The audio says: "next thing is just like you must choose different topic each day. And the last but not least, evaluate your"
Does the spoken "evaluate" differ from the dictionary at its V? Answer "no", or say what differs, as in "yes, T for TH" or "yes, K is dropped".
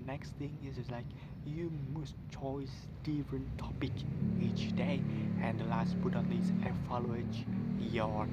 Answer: yes, F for V